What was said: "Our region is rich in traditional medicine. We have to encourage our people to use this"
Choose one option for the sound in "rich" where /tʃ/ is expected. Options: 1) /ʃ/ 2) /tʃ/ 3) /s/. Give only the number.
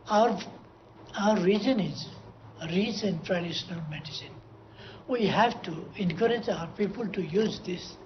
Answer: 3